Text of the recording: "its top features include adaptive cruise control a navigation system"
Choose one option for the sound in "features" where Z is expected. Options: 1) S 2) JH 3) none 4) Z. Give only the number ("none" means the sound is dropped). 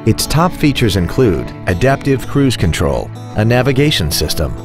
4